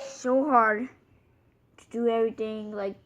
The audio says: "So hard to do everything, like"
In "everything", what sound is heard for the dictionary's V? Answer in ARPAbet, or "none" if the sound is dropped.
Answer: V